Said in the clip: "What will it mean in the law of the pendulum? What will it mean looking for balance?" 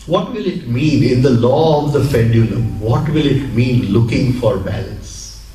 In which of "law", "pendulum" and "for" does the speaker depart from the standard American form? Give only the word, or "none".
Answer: pendulum